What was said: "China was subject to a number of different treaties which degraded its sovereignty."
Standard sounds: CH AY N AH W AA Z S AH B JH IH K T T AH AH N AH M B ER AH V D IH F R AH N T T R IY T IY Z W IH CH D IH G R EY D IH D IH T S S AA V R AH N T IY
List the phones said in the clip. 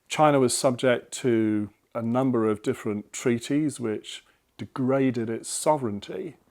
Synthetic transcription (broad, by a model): CH AY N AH W AA Z S AH B JH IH K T T AH AH N AH M B ER AH V D IH F R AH N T T R IY T IY Z W IH CH D IH G R EY D IH D IH T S S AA V R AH N T IY